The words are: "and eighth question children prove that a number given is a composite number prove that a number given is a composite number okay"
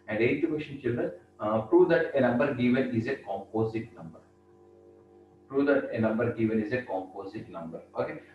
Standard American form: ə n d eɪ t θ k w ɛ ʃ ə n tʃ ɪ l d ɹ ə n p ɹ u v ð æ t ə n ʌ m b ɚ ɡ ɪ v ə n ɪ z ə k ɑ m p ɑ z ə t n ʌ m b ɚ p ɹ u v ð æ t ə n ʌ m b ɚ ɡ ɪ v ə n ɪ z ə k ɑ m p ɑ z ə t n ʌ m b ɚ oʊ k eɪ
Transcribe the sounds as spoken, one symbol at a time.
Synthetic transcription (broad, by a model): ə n d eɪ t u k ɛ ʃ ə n tʃ ɪ l d ɹ ə n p ɹ u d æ t ə n ʌ m b ɚ ɡ ɪ v ə n ɪ z ə k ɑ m p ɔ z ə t n ʌ m b ɚ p ɹ u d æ t ə n ʌ m b ɚ ɡ ɪ v ə n ɪ z ə k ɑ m p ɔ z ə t n ʌ m b ɚ oʊ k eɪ